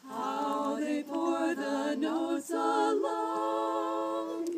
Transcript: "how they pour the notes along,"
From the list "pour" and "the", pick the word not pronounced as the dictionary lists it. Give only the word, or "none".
pour